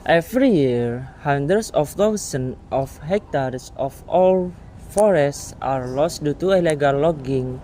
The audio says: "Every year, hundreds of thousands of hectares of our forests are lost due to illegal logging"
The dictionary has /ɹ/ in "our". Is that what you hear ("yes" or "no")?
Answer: no